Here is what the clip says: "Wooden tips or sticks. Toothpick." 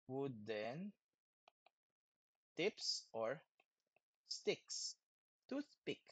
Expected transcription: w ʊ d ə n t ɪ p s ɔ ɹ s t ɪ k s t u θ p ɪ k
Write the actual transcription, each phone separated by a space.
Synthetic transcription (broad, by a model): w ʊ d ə n t ɪ p s ɔ ɹ s t ɪ k s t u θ p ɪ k